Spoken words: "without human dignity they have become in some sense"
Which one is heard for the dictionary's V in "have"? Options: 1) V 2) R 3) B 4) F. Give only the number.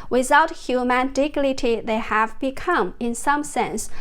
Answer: 1